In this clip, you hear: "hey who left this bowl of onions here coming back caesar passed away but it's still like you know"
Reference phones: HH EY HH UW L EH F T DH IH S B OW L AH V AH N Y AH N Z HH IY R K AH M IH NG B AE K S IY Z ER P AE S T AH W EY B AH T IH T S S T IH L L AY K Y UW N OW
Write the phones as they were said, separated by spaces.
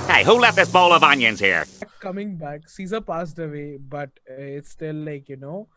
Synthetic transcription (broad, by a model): HH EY HH UW L EH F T DH IH S B OW L AH V AH N Y AH N Z HH IY R K AH M IH NG B AE K S IY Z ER P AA S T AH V EY B AH T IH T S S T IH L L AY K Y UW N OW